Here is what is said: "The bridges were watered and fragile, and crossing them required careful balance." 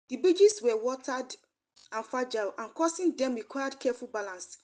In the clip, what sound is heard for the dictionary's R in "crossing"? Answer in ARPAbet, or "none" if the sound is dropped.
none